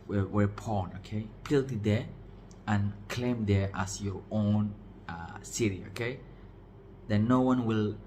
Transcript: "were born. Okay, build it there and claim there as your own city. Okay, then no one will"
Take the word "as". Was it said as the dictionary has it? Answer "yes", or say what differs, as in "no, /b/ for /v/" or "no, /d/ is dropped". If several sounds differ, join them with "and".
no, /s/ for /z/